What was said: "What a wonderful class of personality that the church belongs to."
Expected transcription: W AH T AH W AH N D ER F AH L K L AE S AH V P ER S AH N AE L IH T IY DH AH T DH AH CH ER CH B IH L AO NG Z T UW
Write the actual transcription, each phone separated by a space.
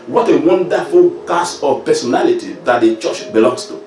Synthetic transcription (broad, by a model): W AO T AH W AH N D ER F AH L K AA S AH P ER S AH N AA L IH T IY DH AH T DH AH CH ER CH B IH L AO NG S T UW